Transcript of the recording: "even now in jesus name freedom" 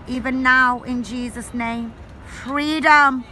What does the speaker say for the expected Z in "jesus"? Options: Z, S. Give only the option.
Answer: Z